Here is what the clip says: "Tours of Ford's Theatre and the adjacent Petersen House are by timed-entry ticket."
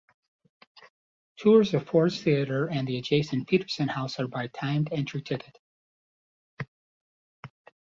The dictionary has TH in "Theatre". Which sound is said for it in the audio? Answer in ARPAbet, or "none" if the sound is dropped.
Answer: TH